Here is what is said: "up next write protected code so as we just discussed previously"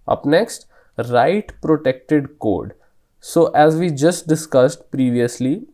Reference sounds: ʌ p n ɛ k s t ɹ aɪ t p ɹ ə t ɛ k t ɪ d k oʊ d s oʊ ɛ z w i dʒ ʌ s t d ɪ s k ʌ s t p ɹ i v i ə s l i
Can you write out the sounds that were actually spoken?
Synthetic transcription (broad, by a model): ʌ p n ɛ k s t ɹ aɪ t p ɹ ə t ɛ k t ɪ d k oʊ d s oʊ ɛ z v i dʒ ʌ s t d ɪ s k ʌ s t p ɹ i v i ə s l i